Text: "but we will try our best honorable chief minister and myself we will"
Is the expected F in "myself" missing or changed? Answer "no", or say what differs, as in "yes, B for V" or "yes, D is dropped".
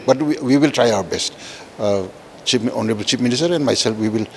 yes, P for F